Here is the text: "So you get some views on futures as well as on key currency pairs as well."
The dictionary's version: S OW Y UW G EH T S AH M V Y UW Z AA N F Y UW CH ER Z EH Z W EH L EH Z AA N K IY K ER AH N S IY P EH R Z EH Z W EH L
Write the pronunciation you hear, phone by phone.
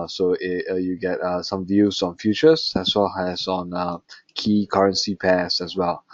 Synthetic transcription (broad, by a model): S OW Y UW G EH T S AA M V Y UW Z AA N F Y UW CH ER S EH S W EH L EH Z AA N K IY K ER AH N S IY P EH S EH S W EH L